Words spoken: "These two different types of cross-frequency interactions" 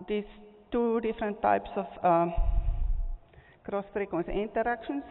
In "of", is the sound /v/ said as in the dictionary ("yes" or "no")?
no